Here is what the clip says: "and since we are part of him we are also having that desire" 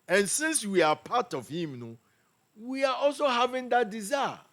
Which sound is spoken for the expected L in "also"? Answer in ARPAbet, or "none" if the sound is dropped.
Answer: L